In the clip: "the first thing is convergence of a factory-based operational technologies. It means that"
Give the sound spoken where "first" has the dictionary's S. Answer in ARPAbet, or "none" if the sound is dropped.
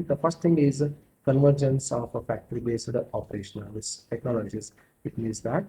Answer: S